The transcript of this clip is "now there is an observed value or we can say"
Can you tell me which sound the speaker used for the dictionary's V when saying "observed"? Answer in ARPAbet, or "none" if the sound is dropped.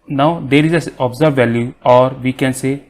none